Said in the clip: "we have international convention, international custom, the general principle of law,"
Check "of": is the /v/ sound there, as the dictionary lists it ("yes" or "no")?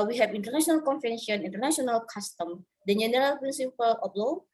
no